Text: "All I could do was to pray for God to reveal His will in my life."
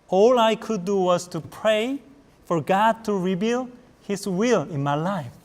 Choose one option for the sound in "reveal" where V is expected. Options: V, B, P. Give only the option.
B